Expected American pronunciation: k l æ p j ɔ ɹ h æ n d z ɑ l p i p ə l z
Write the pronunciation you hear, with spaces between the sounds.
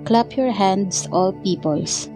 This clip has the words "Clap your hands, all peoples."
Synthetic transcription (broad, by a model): k l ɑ p j ɔ ɹ h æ n d s ɑ l p i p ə l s